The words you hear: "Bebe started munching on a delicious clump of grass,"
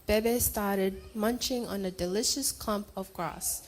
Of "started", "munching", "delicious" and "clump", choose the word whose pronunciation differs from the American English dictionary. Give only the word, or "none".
none